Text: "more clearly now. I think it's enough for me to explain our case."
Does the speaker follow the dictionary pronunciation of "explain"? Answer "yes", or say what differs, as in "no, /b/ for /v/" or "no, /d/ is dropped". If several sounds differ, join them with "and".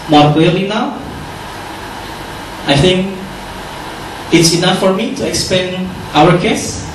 no, /l/ is dropped